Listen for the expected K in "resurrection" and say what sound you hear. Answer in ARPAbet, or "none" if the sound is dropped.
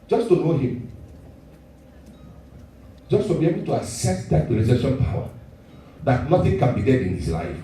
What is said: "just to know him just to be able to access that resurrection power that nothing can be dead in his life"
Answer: none